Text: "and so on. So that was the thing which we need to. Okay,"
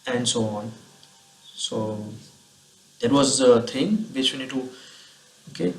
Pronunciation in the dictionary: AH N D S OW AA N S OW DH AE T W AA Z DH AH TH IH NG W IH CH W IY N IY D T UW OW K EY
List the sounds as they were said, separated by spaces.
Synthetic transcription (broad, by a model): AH N D S OW AA N S OW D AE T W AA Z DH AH T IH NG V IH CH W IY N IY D T UW OW K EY